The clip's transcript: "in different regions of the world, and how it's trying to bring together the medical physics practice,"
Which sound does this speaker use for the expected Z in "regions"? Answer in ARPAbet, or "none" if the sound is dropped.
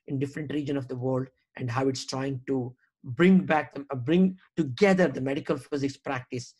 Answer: none